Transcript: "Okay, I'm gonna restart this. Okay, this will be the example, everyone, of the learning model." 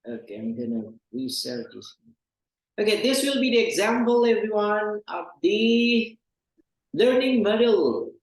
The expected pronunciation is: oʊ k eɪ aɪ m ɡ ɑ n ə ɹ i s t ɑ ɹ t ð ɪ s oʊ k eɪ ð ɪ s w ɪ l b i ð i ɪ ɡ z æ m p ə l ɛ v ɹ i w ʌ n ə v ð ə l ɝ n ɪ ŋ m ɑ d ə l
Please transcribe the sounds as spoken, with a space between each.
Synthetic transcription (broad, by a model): oʊ k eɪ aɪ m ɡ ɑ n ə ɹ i s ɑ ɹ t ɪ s oʊ k eɪ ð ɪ s w ɪ l b i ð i ɪ ɡ z æ m p ə l ɛ v ɹ i w ʌ n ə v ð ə l ɝ n ɪ ŋ m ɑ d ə l